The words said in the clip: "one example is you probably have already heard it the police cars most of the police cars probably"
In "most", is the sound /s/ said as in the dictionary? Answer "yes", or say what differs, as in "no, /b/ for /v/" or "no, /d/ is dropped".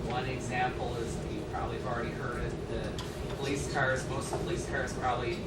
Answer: no, /s/ is dropped